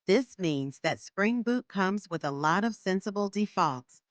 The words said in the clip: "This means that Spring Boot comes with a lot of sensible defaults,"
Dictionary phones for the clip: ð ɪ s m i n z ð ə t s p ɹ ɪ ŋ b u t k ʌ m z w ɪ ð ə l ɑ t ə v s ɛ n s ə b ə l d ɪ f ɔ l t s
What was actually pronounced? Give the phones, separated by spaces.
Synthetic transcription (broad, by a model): ð ɪ s m i n z ð ə t s p ɹ ɪ ŋ b u t k ʌ m z w ɪ ð ə l ɑ t ə v s ɛ n s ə b l d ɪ f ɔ l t s